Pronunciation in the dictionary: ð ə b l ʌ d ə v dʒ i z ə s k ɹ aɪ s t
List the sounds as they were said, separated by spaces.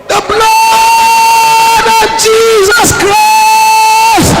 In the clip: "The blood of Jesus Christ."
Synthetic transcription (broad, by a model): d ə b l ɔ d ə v dʒ i z ə s k ɹ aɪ s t